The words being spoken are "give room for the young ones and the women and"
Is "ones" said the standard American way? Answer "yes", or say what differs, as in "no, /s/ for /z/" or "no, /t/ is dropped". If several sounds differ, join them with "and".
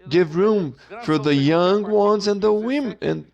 yes